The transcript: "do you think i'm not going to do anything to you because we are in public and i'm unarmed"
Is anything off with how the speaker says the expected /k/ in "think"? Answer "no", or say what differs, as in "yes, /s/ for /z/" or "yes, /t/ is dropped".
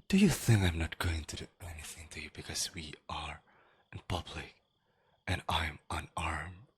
no